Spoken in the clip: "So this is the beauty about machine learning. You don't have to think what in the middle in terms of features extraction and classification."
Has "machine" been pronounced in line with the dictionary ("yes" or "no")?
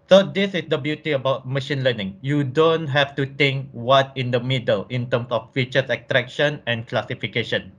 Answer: yes